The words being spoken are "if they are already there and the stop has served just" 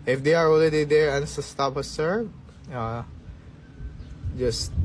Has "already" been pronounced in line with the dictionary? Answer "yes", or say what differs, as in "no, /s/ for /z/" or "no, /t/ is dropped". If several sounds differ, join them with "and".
no, /ɹ/ is dropped